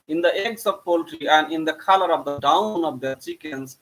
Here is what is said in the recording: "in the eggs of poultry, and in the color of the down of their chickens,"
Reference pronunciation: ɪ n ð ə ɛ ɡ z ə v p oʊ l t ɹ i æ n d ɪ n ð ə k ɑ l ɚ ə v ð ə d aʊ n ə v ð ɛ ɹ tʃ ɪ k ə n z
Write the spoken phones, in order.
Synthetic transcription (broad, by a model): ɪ n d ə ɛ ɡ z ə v p oʊ l t ɹ i æ n d ɪ n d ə k ɑ l ɚ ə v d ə d aʊ n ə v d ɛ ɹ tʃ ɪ k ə n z